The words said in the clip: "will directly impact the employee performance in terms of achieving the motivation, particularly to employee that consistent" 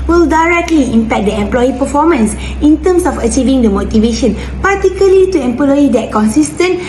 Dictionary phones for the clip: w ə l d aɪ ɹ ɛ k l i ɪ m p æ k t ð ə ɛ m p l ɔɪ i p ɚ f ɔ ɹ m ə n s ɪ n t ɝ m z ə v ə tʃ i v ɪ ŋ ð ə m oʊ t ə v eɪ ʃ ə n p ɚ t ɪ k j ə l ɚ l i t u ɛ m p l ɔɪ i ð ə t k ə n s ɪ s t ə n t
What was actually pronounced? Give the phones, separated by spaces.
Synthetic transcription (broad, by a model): w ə l d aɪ ɹ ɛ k l i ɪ m p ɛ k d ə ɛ m p l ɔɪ i p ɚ f ɔ m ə n s ɪ n t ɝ m s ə f ə tʃ i v ɪ ŋ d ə m oʊ t ə v eɪ ʃ ə n p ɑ t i k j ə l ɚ l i t u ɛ m p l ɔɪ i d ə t k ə n s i s t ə n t